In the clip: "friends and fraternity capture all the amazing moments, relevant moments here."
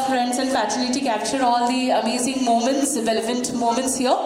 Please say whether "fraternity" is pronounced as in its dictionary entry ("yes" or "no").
no